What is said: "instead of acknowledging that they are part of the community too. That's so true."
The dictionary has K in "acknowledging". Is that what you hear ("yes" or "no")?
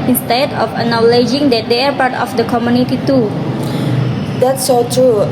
no